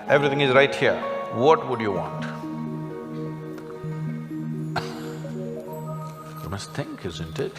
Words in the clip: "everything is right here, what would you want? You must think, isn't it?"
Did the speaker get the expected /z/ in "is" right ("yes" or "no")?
yes